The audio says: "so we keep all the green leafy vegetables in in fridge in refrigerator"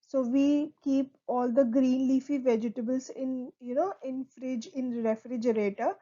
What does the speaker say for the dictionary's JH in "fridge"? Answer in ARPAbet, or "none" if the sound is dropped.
JH